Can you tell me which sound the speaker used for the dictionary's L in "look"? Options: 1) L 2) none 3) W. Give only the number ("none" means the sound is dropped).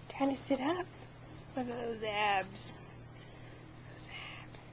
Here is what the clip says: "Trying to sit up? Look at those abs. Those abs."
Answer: 3